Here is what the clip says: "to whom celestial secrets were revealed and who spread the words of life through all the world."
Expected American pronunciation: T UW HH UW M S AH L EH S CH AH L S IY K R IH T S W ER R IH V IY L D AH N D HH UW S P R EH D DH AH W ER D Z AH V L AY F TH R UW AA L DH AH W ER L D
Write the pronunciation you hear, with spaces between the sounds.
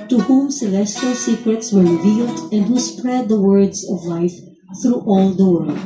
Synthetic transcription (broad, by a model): T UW HH UW M S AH L EH S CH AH L S IY K R IH T S W ER R IH V IY L D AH N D HH UW S P R EH D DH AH W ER D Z AH V L AY F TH R UW AA L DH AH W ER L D